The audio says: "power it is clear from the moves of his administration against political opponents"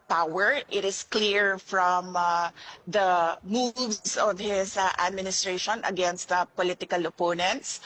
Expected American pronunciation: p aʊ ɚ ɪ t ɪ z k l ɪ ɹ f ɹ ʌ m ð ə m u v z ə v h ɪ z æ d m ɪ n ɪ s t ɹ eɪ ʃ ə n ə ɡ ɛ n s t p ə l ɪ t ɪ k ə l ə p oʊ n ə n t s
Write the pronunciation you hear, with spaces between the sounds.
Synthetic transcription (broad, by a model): p aʊ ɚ ɪ t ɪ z k l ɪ ɹ f ɹ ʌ m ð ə m u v s ə v h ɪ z æ d m ɪ n ɪ s t ɹ eɪ ʃ ə n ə ɡ ɛ n s t p ə l ɪ t ɪ k ə l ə p oʊ n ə n t s